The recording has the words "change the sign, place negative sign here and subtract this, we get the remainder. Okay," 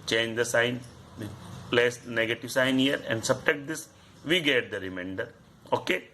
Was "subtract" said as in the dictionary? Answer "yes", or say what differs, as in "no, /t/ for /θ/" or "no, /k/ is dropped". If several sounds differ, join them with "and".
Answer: no, /ɹ/ is dropped